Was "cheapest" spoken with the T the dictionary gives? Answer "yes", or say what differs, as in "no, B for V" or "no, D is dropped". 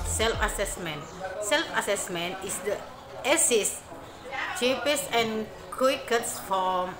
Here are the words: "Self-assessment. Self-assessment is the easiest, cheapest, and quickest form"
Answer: no, T is dropped